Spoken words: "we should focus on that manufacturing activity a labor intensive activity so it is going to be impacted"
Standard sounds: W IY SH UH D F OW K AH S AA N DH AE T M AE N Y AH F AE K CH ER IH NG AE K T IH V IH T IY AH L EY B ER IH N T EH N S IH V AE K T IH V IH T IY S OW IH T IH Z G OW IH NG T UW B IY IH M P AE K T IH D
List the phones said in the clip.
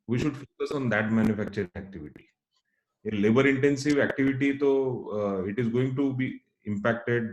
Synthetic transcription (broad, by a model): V IY SH UH D F OW K AH S AA N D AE T M AE N Y AH F AE K CH ER IH NG AE K T IH V IH T IY AH L EY B ER IH N T EH N S IH V AE K T IH V IH T IY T OW IH T IH Z G OW IH NG T UW B IY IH M P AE K T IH D